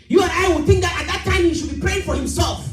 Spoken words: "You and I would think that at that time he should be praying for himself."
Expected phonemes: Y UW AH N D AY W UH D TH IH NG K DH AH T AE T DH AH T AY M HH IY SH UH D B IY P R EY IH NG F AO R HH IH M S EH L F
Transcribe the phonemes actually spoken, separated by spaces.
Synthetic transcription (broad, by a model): Y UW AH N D AY W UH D TH IH NG K DH AH T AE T DH AH T AY M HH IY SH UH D B IY P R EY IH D F AO R HH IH M S EH L F